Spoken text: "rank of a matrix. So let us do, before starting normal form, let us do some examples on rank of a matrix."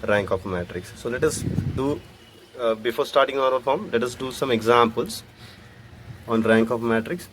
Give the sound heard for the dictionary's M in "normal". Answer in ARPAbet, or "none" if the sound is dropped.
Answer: none